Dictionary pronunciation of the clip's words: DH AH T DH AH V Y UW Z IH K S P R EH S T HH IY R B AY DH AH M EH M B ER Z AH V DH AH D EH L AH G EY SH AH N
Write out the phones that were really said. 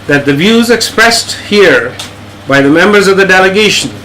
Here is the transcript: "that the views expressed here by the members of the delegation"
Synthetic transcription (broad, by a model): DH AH T DH AH V Y UW Z IH K S P R EH S T HH IY R B AY DH AH M EH M B ER Z AH V DH AH D EH L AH G EY SH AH N